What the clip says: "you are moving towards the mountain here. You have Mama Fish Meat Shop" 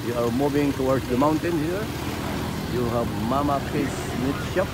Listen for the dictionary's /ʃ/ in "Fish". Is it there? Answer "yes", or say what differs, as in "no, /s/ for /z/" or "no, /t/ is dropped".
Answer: no, /s/ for /ʃ/